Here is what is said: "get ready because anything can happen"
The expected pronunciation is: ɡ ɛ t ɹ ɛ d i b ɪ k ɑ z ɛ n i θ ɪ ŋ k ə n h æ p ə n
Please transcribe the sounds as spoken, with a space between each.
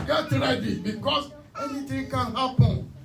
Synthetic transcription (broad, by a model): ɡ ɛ t ɹ ɛ d i b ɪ k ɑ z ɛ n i t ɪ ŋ k ə n h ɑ p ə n